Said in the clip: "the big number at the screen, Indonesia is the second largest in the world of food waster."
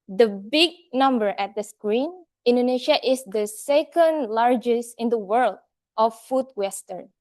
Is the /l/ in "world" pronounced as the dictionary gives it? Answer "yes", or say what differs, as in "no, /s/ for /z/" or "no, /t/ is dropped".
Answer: yes